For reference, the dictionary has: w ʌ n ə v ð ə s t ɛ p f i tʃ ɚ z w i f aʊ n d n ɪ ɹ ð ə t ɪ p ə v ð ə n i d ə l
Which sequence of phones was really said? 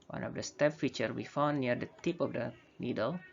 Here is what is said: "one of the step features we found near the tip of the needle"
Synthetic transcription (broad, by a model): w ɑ n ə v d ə s t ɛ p f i tʃ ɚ w i f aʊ n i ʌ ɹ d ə t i p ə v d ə n i d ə l